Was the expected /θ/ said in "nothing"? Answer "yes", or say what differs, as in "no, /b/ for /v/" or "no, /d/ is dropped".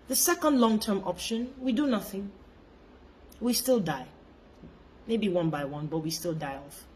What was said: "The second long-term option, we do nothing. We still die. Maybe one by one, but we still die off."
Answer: yes